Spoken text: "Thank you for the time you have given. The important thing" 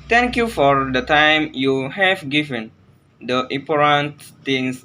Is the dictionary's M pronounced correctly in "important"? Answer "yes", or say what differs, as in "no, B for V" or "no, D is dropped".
no, M is dropped